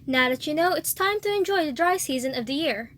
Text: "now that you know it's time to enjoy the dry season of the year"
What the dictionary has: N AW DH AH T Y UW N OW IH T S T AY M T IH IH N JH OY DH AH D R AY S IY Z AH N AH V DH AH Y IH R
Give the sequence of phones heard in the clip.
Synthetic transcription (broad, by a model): N AW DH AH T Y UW N OW IH T S T AY M T IH IH N JH OY DH AH D R AY S IY Z AH N AH V DH AH Y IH R